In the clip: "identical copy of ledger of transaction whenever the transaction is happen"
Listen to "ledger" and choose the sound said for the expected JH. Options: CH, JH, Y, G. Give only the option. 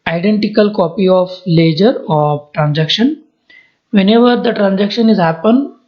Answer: JH